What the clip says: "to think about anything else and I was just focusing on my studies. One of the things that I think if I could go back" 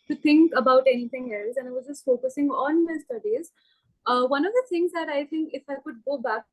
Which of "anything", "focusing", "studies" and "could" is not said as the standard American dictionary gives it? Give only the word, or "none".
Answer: anything